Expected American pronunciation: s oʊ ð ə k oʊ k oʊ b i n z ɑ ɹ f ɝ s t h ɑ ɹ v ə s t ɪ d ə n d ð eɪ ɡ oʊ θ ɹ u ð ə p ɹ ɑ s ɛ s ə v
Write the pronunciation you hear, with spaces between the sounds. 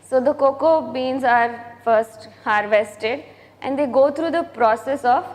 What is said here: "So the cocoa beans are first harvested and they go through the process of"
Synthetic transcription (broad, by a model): s oʊ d ə k oʊ k oʊ b i n z ɑ ɹ f ɝ s t h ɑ ɹ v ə s t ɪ d ə n d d eɪ ɡ oʊ t ɹ u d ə p ɹ ɑ s ɛ s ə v